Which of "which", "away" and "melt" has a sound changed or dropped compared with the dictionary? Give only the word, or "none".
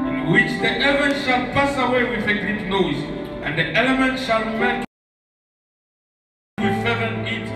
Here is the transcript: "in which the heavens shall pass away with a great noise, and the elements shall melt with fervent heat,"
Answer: melt